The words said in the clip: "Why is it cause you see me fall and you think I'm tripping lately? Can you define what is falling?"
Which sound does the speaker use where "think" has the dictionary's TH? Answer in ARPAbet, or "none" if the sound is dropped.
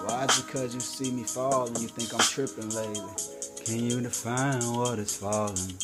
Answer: TH